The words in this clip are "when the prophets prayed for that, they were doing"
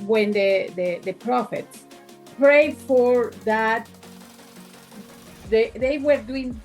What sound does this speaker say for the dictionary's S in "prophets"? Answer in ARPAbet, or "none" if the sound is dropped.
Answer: S